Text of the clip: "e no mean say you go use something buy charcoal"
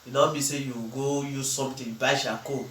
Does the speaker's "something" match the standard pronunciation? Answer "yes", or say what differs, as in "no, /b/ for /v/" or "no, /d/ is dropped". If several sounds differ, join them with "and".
no, /t/ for /θ/